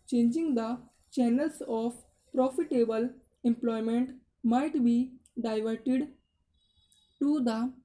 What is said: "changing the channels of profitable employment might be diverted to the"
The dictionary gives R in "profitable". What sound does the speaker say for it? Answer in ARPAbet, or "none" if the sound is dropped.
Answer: R